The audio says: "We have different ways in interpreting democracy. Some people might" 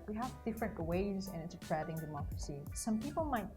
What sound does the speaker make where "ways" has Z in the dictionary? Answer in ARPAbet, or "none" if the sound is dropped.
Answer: Z